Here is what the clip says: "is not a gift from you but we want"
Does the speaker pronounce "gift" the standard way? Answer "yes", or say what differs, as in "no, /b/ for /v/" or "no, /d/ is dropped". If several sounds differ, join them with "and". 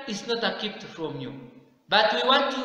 no, /p/ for /f/